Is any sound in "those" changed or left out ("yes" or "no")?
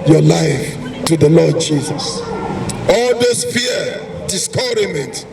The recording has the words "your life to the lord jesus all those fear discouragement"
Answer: yes